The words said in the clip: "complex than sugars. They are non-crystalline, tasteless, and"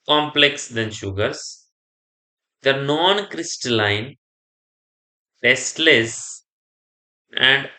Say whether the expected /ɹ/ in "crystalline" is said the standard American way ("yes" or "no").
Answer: yes